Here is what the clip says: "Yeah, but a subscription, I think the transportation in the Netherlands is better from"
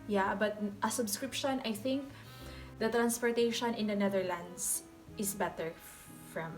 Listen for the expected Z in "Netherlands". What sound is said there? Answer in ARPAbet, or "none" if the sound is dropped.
S